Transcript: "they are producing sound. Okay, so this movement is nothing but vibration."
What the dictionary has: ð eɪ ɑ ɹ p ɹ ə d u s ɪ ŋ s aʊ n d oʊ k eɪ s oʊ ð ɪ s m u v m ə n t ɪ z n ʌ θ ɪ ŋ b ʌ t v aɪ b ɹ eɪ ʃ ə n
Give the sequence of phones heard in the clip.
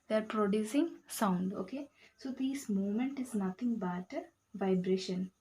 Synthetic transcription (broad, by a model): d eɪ ɑ ɹ p ɹ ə d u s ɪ ŋ s aʊ n d oʊ k eɪ s oʊ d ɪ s m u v m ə n t ɪ z n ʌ t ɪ ŋ b ʌ t v aɪ b ɹ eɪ ʃ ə n